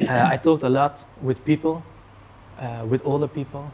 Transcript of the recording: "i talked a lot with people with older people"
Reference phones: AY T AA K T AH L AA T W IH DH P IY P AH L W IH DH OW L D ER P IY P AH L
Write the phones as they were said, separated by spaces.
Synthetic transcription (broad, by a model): AY T AA K T AH L AA T W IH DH P IY P AH L W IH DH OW L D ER P IY P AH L